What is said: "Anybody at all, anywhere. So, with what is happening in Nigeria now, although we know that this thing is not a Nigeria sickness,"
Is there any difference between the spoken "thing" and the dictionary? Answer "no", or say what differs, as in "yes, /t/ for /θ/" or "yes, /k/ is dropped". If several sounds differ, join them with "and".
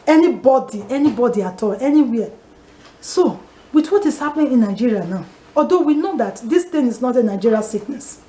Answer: yes, /t/ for /θ/